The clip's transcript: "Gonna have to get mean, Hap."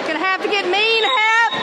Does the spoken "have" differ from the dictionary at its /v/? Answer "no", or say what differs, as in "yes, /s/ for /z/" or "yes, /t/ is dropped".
yes, /f/ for /v/